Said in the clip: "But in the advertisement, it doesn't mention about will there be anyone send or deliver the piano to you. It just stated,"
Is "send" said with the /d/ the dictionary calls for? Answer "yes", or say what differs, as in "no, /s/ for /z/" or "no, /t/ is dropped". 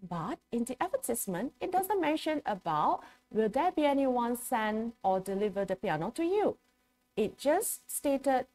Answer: no, /d/ is dropped